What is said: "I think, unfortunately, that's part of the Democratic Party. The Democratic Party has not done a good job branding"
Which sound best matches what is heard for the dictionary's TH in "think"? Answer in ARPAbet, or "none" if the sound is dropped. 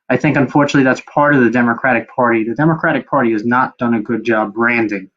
TH